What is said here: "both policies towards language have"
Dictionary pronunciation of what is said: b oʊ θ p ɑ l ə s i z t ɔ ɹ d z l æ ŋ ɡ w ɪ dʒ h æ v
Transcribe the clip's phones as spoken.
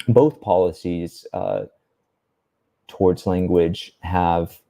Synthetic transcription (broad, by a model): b oʊ θ p ɑ l ə s i z t ɔ ɹ d z l æ ŋ ɡ w ɪ dʒ h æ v